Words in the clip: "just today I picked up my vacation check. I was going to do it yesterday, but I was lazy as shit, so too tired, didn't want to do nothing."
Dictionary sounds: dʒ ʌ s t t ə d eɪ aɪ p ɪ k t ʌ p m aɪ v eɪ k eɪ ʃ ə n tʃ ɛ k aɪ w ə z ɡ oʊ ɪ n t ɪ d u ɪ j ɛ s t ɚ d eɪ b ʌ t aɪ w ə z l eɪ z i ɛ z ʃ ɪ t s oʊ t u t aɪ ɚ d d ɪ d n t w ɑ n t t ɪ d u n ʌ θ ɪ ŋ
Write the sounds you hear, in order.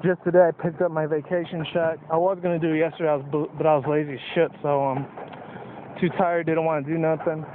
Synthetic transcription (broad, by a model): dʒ ʌ s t t ə d eɪ aɪ p ɪ k t ʌ p m aɪ v eɪ k eɪ ʃ ə n ʃ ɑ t aɪ w ə z ɡ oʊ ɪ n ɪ d ɪ j ɛ s t ɚ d eɪ b ʌ t aɪ w ə z l eɪ z i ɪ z ʃ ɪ t s oʊ t u t aɪ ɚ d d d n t w ɑ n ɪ d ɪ n ʌ θ ɪ ŋ